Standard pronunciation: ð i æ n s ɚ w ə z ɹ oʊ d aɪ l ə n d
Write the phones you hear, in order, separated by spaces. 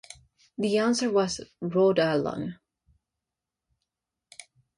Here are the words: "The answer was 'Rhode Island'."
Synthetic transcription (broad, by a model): ð i æ n s ɚ w ə z ɹ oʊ d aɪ l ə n